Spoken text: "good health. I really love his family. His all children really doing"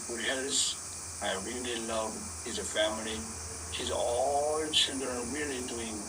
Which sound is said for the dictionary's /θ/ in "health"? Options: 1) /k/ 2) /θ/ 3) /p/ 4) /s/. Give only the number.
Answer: 4